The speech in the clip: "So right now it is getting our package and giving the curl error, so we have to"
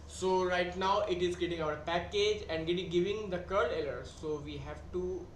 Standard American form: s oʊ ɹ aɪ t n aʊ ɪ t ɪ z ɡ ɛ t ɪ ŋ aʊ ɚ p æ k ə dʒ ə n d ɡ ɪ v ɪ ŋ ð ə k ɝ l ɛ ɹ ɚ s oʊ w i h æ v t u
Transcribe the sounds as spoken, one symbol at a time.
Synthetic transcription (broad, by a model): s oʊ ɹ aɪ t n aʊ ɪ t ɪ z ɡ ɛ t ɪ ŋ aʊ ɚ p æ k ə dʒ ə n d ɡ ɪ v ɪ ŋ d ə k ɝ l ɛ l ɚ s oʊ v i h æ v t u